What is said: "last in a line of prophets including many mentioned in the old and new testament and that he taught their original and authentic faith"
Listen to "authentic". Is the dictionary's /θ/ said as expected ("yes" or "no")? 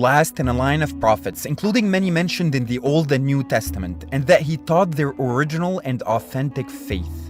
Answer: yes